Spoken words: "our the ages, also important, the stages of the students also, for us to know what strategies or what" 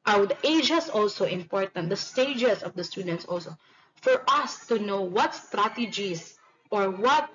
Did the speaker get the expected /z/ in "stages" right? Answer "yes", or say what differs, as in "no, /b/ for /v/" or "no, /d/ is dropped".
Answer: no, /s/ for /z/